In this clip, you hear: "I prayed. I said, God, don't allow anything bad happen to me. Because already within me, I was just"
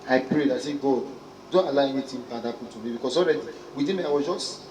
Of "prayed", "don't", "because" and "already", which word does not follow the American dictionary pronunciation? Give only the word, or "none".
because